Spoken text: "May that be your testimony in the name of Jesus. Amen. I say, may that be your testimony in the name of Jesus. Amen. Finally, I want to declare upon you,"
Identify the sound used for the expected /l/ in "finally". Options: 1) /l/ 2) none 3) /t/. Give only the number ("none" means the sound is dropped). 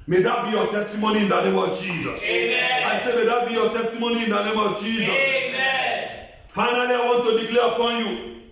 2